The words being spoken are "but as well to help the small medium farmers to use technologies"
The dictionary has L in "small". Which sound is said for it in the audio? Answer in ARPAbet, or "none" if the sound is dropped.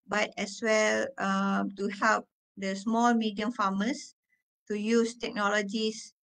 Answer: L